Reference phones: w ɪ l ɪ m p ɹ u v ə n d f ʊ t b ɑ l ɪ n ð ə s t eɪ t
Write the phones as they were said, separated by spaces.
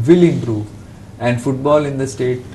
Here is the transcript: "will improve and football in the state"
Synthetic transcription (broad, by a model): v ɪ l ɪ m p ɹ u ə n d f ʊ t b ɑ l ɪ n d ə s t eɪ t